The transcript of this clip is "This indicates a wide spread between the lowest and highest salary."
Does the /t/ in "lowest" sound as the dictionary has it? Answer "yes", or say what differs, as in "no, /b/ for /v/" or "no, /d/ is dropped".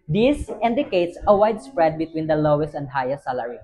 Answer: yes